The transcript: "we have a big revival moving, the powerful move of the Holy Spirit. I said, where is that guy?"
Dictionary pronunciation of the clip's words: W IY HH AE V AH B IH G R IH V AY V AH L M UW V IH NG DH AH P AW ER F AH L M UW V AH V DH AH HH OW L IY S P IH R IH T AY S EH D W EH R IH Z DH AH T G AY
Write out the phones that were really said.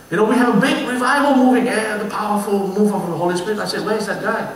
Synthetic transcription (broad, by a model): W IY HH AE V AH B IH G R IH V AY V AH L M UW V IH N DH AH P AW ER F AH L M UW V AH F DH AH HH OW L IY S P IH R IH T AY S EH D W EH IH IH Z DH AH T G AY